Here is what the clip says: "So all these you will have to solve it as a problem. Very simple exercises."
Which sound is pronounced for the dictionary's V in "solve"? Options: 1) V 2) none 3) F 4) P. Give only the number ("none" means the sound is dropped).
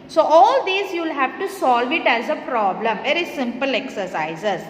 1